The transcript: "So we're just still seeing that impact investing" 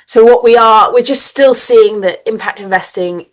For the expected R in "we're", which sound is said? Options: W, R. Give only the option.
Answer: W